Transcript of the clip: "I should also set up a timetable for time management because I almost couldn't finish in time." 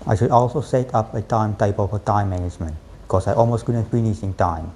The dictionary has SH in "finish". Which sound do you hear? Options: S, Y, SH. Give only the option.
S